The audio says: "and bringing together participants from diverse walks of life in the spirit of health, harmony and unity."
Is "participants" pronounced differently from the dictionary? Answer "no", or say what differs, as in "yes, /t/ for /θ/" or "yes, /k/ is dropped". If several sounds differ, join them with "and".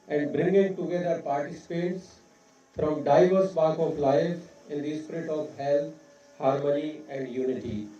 yes, /n/ is dropped